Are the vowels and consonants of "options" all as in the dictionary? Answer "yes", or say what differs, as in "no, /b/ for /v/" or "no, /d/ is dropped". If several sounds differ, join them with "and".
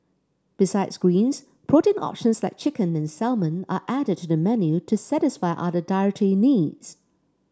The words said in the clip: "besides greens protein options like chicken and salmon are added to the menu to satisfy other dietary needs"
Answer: yes